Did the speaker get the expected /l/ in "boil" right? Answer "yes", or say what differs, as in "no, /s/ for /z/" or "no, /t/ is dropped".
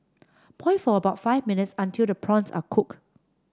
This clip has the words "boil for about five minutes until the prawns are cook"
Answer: no, /n/ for /l/